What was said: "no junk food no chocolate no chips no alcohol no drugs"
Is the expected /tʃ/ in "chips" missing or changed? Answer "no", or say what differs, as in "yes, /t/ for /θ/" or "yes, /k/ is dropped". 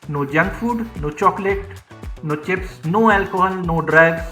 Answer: no